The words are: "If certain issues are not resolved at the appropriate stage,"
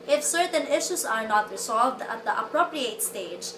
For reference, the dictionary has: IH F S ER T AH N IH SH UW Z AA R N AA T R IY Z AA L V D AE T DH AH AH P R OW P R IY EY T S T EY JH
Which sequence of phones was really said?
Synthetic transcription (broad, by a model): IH F S ER T AH N IH SH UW S AA R N AA T R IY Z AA L V D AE T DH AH AH P R OW P R IY EY T S T EY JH